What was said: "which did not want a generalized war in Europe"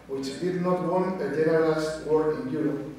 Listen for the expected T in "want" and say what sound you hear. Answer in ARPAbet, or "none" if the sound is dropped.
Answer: none